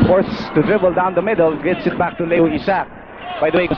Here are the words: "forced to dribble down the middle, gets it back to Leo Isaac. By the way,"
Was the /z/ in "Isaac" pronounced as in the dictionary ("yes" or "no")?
no